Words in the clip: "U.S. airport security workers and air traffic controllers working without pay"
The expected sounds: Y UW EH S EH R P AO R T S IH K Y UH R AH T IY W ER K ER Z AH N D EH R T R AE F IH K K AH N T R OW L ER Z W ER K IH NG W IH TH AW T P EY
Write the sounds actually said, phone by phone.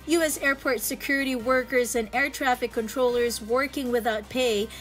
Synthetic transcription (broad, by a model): Y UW EH S EH R P AO R T S IH K Y UH R AH T IY W ER K ER Z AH N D EH R T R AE F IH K K AH N T R OW L ER Z W ER K IH NG W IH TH AW T P EY